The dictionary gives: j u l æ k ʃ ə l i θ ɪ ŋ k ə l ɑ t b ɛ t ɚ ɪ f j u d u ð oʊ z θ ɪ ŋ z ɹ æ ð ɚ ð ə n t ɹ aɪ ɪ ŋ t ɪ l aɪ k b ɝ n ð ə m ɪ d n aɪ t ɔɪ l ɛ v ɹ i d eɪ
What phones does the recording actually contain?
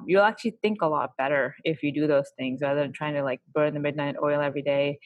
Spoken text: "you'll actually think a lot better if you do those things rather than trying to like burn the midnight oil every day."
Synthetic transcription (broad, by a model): j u l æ k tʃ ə l i θ ɪ ŋ k ə l ɑ t b ɛ t ɚ ɪ f j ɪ d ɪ ð oʊ z θ ɪ ŋ z ɹ æ ð ɚ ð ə n t ɹ aɪ ɪ ŋ t ɪ l aɪ k b ɝ n ð ə m ɪ d n aɪ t ɔɪ l ɛ v ɹ i d eɪ